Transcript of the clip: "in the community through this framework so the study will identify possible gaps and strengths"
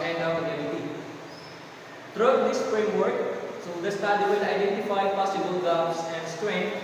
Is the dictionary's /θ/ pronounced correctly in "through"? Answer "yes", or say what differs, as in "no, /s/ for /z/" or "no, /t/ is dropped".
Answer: no, /t/ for /θ/